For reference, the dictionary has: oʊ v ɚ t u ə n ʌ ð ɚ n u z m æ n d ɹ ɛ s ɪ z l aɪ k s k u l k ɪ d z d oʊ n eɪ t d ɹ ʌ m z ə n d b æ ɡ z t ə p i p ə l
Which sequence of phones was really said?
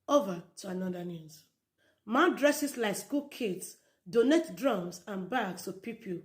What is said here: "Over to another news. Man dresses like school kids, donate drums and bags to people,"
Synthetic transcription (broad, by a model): oʊ v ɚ t u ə n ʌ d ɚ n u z m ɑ d ɹ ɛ s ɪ s l aɪ k s k u l k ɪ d s d oʊ n eɪ t d ɹ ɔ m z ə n b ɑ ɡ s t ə p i p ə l